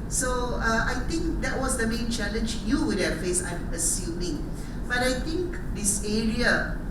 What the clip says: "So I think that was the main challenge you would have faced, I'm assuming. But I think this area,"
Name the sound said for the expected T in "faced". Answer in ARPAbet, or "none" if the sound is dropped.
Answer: none